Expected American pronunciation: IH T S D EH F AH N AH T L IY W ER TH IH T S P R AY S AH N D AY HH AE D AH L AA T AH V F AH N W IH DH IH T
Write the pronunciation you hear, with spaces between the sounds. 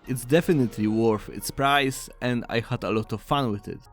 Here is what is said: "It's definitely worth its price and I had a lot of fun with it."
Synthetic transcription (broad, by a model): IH T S D EH F AH N AH T L IY W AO F IH T S P R AY S AH N D AY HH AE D AH L AA T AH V F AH N W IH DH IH T